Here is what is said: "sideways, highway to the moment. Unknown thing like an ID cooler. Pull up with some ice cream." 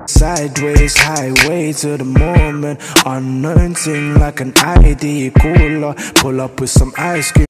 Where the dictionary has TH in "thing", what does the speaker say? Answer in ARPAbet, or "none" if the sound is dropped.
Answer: S